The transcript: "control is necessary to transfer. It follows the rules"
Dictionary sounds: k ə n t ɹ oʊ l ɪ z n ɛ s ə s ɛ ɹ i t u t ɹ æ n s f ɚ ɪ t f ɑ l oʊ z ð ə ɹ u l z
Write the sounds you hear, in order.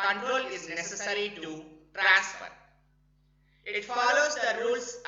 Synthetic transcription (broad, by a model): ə n t ɹ oʊ l ɪ z n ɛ s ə s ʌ ɹ i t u t ɹ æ s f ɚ ɪ t f ɑ l oʊ z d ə ɹ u l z